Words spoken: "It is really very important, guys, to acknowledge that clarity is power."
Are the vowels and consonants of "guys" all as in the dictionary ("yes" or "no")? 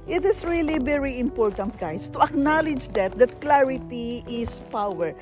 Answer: no